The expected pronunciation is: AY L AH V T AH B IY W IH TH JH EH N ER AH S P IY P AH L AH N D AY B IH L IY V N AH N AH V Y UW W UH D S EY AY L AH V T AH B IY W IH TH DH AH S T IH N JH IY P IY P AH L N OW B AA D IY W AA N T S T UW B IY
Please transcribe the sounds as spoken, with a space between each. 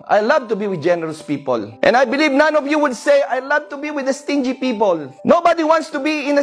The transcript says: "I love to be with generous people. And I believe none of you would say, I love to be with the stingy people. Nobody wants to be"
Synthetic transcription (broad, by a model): AY L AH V T AH B IY W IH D JH EH N ER AH S P IY P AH L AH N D AY B IH L IY V N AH N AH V Y UW W UH D S EY AY L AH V T AH B IY W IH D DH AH S T IH N JH IY P IY P AH L N OW B AA D IY W AA N T S T UW B IY